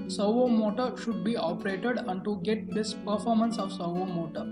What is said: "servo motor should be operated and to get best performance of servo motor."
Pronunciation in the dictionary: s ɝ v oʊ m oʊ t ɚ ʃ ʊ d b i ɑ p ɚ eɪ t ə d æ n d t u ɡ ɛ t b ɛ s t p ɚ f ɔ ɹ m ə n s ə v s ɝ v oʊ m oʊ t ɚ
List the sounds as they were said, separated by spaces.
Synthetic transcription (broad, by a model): s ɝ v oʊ m oʊ t ɚ ʃ ʊ d b i ɑ p ɚ eɪ t ə d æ n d t u ɡ ɛ t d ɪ s p ɚ f ɔ ɹ m ə n s ə v s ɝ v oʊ m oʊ t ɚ